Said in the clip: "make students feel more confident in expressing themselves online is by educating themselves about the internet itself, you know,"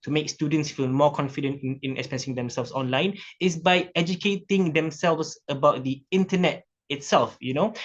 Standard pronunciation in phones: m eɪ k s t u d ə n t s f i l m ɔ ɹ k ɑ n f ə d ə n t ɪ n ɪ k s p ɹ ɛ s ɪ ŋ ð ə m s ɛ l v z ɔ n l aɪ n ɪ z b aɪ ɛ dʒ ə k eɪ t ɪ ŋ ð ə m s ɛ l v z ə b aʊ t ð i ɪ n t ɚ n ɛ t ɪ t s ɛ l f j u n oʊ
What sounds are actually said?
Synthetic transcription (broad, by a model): m eɪ k s t u d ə n t s f i l m ɔ k ɑ n f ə d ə n t ɪ n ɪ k s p ɛ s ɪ ŋ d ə m s ɛ l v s ɔ n l aɪ n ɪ s b aɪ ɛ dʒ ə k eɪ t ɪ ŋ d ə m s ɛ l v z ə b aʊ t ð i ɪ n t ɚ n ɛ t ɪ t s ɛ l f j u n oʊ